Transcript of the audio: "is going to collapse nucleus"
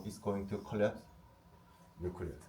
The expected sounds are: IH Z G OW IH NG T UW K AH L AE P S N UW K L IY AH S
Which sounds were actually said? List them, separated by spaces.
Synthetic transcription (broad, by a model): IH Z G OW IH NG T UW K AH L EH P N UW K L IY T